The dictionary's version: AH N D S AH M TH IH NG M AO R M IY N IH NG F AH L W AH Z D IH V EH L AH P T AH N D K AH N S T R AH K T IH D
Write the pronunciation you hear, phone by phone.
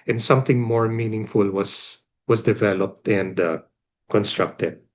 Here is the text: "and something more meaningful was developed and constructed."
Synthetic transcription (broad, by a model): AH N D S AH M TH IH NG M AO R M IY N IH NG F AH L W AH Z D IH V EH L AH P T AH N D K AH N S T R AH K T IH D